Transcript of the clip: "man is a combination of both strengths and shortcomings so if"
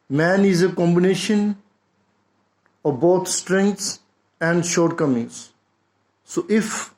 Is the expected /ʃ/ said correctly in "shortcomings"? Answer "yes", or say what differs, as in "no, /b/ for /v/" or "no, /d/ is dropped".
yes